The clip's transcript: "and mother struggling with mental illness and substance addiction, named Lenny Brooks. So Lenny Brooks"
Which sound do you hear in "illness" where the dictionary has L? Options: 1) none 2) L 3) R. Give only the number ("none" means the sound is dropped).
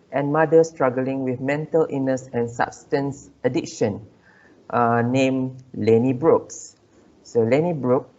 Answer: 1